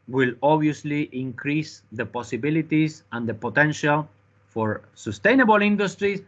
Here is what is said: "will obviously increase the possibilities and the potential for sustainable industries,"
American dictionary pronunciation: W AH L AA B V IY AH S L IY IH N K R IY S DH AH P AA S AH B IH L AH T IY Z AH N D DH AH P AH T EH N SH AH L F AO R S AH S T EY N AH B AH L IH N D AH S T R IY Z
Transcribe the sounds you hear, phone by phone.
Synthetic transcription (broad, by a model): W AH L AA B IY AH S L IY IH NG K R IY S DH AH P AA S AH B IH L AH T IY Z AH N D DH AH P AH T EH N SH AH L F AO R S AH S T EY N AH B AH L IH N D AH S T R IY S